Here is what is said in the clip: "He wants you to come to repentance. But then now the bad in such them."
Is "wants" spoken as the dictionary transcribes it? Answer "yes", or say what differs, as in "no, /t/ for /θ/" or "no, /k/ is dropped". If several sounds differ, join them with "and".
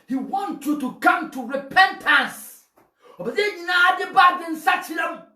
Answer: no, /s/ is dropped